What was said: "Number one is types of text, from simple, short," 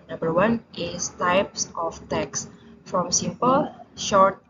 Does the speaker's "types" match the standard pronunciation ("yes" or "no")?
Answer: yes